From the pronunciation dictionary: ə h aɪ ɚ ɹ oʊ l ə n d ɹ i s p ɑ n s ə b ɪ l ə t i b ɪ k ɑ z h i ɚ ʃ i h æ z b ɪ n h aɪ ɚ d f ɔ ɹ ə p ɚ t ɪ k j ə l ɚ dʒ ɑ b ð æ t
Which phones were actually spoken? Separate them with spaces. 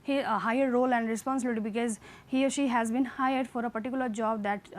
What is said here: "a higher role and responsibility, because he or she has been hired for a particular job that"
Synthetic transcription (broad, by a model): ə h aɪ ɚ ɹ oʊ l ə n d ɹ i s p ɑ n s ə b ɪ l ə t i b ɪ k ɑ z h i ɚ ʃ i h æ z b ɪ n h aɪ ɚ d f ɔ ɹ ə p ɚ t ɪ k j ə l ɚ dʒ ɑ b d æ t